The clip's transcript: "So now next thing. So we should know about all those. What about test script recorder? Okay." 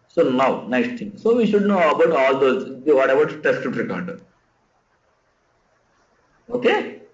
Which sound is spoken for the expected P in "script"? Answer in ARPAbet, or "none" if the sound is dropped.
none